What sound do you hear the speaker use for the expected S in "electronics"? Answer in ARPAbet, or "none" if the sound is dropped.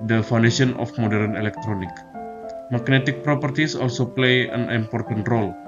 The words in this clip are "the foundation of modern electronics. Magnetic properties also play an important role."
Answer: none